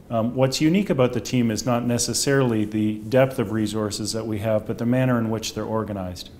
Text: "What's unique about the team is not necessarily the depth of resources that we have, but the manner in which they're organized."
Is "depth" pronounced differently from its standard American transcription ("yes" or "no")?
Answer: no